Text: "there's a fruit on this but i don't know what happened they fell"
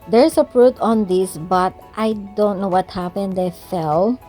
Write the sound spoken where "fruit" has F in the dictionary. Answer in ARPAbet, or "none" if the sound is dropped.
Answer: P